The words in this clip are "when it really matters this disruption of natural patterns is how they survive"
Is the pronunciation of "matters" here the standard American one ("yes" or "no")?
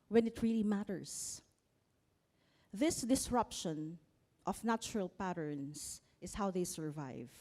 no